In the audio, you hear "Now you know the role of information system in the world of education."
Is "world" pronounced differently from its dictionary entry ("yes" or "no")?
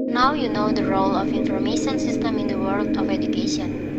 no